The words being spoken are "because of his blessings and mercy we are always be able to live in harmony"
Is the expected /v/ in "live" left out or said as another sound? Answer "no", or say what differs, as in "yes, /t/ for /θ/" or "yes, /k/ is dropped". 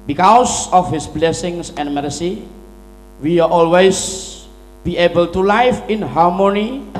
yes, /f/ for /v/